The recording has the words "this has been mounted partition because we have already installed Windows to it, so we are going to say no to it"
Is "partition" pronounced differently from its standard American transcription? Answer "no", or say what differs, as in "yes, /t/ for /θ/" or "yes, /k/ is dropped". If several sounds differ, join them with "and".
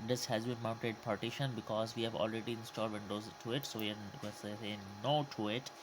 no